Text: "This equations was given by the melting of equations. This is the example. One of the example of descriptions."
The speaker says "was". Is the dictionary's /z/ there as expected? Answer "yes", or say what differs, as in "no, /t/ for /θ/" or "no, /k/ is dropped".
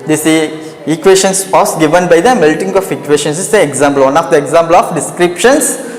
no, /s/ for /z/